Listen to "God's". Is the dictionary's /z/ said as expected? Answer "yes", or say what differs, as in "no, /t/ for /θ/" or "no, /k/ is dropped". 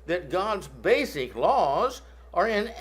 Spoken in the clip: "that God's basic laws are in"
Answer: yes